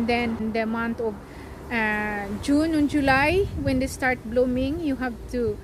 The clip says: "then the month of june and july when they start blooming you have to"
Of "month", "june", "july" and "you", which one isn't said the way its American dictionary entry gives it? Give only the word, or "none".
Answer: month